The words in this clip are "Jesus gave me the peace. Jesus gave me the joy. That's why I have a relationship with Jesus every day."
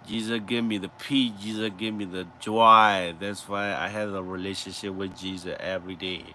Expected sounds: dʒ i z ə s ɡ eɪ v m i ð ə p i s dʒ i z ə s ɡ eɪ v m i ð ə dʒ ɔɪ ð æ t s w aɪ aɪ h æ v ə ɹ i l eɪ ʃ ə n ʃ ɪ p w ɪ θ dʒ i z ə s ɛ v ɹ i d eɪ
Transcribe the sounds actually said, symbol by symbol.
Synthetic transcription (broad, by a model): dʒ i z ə s ɡ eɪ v m i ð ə p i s dʒ i z ə s ɡ eɪ v m i ð ə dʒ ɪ ð æ t s w aɪ aɪ h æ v ə ɹ i l eɪ ʃ ə n ʃ ɪ p w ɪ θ dʒ i z ə s ɛ v ɹ i d eɪ